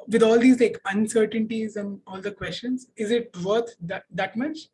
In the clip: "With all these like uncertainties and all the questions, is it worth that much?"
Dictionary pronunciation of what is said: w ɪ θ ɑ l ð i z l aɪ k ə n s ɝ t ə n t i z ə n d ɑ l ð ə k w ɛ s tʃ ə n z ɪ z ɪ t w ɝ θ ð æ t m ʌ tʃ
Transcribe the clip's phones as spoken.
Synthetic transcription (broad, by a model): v ɪ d ɑ l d i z l aɪ k ə n s ɝ t ə n t i z ə n d ɑ l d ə k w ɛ s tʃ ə n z ɪ z ɪ t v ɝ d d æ t m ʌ tʃ